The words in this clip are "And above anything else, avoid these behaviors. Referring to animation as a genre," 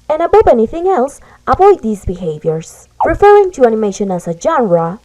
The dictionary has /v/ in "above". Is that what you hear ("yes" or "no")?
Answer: no